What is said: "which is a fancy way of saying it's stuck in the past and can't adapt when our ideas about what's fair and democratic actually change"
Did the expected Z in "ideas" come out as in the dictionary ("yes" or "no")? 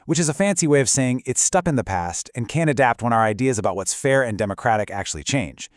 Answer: yes